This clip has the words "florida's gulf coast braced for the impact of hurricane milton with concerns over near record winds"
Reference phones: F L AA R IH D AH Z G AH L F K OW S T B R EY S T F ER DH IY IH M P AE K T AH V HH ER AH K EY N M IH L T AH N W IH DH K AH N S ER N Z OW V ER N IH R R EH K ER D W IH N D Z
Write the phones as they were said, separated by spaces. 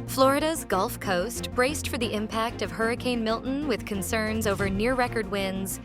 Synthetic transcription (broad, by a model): F L AA R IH D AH Z G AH L F K OW S T B R EY S T F ER DH IY IH M P AE K T AH V HH ER AH K EY N M IH L T N W IH DH K AH N S ER N Z OW V ER N IH R R EH K ER D W IH N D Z